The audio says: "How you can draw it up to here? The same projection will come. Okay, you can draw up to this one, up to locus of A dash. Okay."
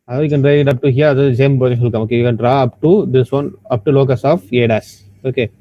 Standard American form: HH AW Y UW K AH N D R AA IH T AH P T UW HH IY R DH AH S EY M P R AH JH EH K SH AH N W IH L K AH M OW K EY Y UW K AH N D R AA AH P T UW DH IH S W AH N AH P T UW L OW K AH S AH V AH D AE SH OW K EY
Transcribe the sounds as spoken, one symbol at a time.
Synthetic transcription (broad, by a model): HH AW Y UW K AH N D R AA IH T AH P T UW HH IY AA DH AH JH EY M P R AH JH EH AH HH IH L K AH M OW K EY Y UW K AH N D R AA AH P T UW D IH S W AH N AH P T UW L OW K AH S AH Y AH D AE S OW K EY